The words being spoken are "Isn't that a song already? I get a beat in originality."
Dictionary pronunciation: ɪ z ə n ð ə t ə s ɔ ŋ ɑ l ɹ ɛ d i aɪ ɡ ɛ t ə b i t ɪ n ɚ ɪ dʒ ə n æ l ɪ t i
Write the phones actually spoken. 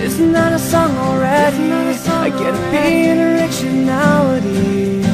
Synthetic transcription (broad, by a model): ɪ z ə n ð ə t ə s ɔ ŋ ɑ l ɹ ɛ d i aɪ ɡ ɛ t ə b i ɪ n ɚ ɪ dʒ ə n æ l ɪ t i